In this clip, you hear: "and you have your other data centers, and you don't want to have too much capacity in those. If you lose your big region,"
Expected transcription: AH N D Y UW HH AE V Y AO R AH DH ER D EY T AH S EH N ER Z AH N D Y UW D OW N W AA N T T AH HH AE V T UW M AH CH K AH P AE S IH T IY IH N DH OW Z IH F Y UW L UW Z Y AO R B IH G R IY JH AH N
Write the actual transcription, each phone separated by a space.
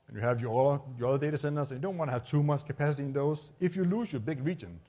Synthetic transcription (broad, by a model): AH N Y UW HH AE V Y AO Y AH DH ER D EY T AH S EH N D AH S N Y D OW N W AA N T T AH HH AE V T UW M AH CH K AH P AE S IH T IY IH N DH OW S IH F Y UW L UW S Y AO B IH G R IY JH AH N